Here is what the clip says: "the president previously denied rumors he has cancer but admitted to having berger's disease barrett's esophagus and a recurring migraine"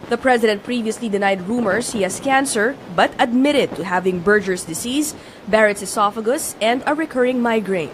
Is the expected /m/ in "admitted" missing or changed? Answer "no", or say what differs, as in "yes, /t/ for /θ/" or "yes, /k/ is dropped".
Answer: no